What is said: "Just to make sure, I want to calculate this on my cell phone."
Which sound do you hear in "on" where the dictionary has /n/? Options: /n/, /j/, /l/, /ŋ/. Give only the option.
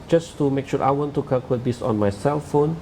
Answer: /n/